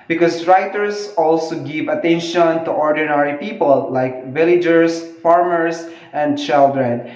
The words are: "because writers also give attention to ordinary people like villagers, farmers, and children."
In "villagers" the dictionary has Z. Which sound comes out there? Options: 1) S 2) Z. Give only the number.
1